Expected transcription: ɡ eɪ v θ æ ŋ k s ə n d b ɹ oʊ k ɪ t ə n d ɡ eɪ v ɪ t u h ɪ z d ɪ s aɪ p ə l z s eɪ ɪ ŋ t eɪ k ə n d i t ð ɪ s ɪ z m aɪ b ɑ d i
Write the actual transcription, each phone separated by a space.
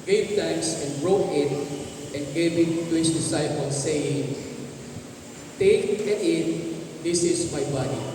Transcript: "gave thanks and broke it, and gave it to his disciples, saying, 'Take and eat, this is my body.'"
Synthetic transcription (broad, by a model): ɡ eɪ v t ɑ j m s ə n b ɹ oʊ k ɪ t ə n ɡ eɪ v ɪ t u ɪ s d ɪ s aɪ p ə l s eɪ ɪ ŋ t eɪ k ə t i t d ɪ s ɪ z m aɪ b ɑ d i